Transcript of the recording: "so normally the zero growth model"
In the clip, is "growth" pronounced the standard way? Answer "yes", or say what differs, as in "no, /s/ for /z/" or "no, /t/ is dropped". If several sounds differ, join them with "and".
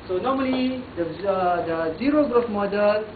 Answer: no, /s/ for /θ/